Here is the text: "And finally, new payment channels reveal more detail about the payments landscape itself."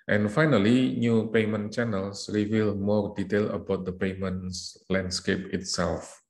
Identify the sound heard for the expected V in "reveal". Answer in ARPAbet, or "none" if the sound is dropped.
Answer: V